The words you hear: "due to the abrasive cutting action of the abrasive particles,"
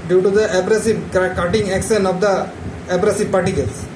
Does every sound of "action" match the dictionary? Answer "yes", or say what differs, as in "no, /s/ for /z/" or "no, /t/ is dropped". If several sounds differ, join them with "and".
no, /s/ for /ʃ/